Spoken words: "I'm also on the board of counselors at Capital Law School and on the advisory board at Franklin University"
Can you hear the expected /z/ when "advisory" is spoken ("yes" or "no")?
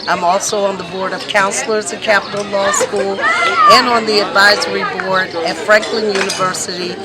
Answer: yes